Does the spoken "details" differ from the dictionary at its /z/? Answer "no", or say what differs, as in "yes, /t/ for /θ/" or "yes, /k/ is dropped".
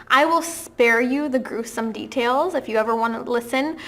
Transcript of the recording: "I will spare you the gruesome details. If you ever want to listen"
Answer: no